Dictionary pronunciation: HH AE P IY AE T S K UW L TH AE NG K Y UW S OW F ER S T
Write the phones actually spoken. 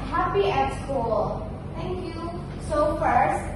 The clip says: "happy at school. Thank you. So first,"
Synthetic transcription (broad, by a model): HH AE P IY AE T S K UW L T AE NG K Y UW S OW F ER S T